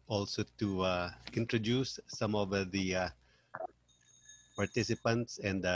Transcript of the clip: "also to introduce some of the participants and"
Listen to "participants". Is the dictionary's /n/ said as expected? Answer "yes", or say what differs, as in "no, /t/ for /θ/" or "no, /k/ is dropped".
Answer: yes